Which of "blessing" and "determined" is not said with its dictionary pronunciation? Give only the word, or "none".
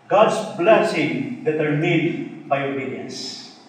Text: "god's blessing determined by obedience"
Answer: determined